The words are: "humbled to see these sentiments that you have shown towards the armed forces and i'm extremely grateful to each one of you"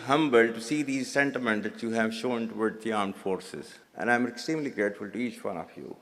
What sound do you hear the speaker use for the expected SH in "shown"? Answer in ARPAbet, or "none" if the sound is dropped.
SH